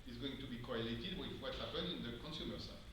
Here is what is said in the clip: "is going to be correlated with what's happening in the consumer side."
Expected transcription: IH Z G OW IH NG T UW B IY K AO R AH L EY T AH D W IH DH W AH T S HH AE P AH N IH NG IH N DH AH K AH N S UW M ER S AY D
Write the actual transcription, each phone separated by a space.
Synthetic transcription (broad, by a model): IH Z G OW IH NG T UW B IY K AO R AH L EY T AH D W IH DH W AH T HH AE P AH N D IH N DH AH K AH N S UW M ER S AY